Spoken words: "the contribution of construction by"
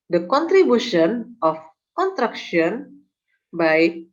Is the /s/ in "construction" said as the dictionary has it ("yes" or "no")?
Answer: no